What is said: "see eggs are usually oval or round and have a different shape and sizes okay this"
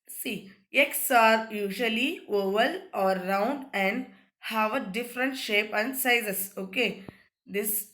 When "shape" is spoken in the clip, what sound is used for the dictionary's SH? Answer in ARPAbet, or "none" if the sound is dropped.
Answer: SH